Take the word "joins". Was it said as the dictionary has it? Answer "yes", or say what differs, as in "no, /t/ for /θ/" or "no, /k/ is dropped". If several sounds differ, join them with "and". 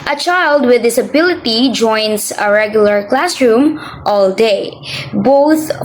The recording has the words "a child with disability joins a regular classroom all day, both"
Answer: no, /s/ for /z/